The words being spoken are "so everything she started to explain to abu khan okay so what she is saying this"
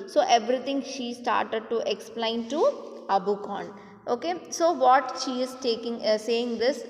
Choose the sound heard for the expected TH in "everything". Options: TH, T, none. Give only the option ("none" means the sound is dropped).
T